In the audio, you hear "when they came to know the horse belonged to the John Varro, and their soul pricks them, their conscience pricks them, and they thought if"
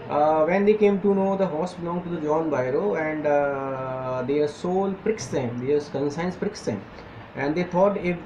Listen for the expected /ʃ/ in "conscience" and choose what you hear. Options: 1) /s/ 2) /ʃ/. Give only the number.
1